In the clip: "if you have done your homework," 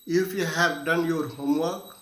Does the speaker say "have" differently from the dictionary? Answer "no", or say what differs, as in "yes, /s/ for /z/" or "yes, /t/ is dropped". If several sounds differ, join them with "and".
yes, /b/ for /v/